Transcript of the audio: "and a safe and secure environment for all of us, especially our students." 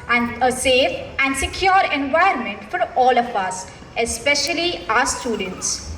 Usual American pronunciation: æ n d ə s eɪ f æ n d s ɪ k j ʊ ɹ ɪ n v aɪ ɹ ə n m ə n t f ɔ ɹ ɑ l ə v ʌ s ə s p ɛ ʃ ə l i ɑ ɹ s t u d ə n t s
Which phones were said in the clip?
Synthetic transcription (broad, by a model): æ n d ə s eɪ f æ n d s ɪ k j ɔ ɹ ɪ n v aɪ ə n m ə n t f ɔ ɹ ɑ l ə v ʌ s ə s p ɛ ʃ ə l i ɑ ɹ s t u d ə n t s